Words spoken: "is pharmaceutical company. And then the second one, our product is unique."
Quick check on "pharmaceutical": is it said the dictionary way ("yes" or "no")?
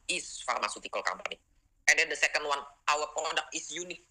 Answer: yes